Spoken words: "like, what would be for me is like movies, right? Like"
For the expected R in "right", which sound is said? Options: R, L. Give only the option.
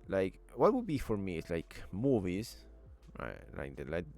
L